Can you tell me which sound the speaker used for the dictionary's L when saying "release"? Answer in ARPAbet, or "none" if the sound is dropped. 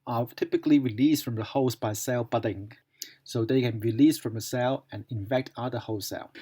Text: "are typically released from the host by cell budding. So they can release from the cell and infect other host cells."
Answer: L